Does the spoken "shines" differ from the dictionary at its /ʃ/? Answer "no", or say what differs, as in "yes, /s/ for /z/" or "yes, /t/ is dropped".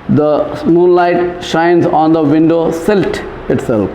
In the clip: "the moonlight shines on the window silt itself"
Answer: no